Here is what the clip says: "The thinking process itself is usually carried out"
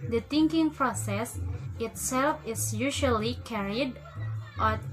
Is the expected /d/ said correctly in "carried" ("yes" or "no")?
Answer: yes